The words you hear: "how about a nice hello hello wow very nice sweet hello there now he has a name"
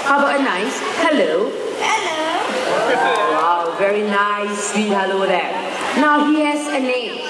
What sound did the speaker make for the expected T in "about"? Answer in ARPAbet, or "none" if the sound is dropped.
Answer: none